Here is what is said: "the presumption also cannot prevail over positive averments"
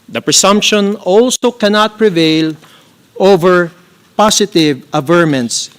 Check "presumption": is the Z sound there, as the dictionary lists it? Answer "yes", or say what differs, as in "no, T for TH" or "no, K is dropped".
no, S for Z